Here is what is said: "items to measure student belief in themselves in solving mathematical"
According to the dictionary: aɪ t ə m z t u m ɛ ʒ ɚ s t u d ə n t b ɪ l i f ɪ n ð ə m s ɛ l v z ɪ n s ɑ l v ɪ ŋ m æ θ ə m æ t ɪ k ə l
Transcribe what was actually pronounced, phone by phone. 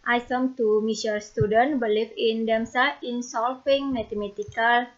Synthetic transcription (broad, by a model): aɪ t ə m t u m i s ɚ s t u d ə n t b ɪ l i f ɪ n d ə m s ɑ ɪ n s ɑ l f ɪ ŋ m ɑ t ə m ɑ t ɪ k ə l